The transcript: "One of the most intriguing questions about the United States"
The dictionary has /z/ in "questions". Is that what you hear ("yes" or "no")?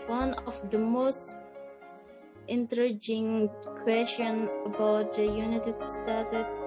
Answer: no